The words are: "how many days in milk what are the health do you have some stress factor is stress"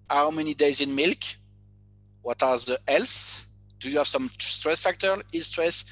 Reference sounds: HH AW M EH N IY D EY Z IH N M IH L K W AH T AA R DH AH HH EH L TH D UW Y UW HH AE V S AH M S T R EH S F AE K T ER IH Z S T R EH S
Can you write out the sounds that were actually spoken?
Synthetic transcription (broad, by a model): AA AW M EH N IY D EY Z IH N M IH L K W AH T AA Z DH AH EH L S D UW Y UW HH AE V S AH M S T R EH S F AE K T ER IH S T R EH S